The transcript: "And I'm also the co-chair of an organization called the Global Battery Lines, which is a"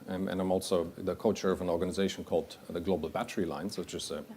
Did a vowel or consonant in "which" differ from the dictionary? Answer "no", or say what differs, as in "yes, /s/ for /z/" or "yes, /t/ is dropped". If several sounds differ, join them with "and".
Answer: yes, /tʃ/ is dropped